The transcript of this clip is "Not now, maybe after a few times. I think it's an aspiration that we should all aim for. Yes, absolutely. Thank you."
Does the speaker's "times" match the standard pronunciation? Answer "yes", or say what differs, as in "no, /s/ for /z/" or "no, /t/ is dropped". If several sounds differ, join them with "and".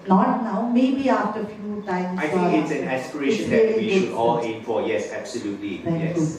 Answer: no, /z/ is dropped